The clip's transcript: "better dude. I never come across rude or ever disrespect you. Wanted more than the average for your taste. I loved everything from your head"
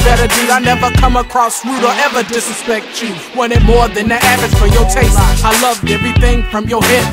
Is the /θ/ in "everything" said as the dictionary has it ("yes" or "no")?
yes